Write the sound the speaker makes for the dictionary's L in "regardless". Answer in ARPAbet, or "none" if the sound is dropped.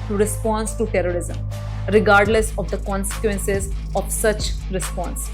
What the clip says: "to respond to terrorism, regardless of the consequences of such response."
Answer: L